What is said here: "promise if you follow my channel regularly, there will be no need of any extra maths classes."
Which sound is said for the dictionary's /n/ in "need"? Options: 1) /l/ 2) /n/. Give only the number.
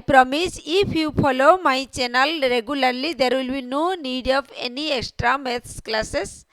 2